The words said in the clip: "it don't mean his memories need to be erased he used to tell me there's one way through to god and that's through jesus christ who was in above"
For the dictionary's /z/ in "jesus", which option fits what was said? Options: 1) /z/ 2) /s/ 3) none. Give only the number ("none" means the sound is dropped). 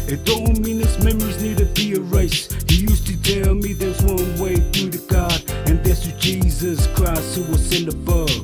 1